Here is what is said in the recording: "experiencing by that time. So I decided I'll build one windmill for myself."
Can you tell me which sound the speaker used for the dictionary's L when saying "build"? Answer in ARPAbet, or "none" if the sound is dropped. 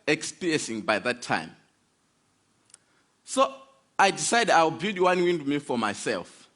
none